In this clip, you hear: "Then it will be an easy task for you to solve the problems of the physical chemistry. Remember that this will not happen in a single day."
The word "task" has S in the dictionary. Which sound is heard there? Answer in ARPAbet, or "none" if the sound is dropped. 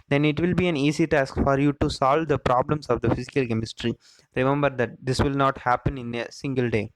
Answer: S